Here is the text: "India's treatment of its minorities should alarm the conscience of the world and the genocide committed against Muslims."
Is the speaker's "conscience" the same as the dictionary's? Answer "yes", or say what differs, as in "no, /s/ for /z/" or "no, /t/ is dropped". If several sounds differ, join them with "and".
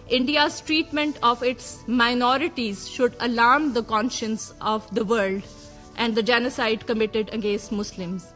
yes